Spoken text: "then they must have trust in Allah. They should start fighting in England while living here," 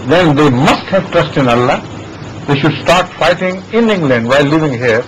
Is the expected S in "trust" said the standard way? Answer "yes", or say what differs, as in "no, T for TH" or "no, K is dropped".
yes